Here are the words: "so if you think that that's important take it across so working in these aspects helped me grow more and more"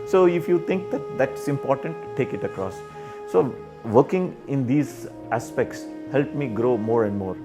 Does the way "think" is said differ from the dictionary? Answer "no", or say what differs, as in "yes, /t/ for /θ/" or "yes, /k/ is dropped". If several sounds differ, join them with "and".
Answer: yes, /t/ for /θ/